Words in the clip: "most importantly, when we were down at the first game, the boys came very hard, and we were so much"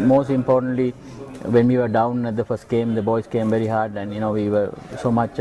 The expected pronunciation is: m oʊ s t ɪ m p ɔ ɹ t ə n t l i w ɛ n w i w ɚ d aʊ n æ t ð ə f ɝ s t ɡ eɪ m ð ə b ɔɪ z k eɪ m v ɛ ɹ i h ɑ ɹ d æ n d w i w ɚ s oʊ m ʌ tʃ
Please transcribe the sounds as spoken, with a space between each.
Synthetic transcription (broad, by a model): m oʊ s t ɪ m p ɔ t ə n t l i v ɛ n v i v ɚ d aʊ n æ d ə f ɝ s t ɡ eɪ m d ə b ɔɪ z k eɪ m v ɛ ɹ i h ɑ ɹ d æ n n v i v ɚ s oʊ m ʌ tʃ